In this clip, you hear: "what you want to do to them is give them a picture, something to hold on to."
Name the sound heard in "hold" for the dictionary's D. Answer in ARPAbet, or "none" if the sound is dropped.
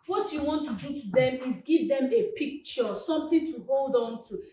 D